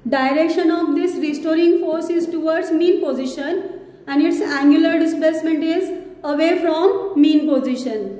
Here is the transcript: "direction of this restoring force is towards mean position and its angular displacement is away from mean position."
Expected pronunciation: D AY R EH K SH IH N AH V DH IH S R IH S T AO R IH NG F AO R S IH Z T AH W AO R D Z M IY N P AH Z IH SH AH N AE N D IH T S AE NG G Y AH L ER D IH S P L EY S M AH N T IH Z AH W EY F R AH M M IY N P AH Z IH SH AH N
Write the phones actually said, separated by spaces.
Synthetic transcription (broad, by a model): D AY R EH K SH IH N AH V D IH S R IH S T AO R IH NG F AO R S IH Z T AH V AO R D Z M IY N P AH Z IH SH AH N AE N D IH T S AE NG G Y AH L ER D IH S P L EY S M AH N T IH Z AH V EY F R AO M M IY N P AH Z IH SH AH N